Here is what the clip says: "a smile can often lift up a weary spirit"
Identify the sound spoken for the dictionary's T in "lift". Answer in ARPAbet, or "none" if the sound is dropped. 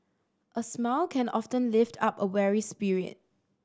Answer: T